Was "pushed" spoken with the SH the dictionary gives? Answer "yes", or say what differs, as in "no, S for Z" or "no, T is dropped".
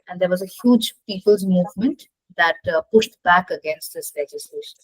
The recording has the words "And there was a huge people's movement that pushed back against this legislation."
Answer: yes